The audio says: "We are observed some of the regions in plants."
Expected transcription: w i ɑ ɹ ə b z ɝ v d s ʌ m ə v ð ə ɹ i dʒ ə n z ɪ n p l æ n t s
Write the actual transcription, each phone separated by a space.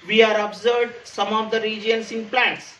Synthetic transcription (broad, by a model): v i ɑ ɹ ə b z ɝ d s ʌ m ə v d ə ɹ i dʒ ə n s ɪ n p l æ n t s